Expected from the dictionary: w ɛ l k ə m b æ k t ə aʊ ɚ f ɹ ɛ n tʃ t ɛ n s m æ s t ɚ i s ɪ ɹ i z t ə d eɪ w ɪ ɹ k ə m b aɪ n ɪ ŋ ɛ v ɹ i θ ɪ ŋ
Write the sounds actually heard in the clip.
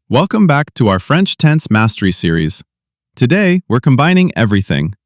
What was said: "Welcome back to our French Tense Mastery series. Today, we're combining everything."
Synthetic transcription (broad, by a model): w ɛ l k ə m b æ k t ə aʊ ɚ f ɹ ɛ n tʃ t ɛ n s m æ s t ɚ i s ɪ ɹ i z t ə d eɪ w ɪ ɹ k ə m b aɪ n ɪ ŋ ɛ v ɹ i θ ɪ ŋ